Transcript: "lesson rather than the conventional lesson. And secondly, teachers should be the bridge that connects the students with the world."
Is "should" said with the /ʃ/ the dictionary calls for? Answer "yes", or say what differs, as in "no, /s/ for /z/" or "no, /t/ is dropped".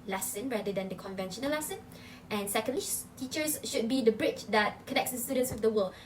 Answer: yes